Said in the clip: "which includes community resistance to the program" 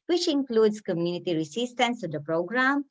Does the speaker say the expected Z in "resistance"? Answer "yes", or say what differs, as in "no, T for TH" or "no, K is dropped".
no, S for Z